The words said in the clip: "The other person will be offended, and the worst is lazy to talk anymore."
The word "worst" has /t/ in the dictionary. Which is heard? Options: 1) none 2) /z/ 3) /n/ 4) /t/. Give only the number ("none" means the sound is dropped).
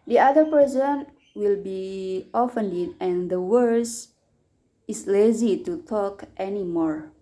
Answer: 1